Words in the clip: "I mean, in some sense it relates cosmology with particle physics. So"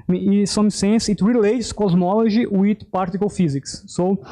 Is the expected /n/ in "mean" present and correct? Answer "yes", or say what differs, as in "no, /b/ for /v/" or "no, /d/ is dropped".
no, /n/ is dropped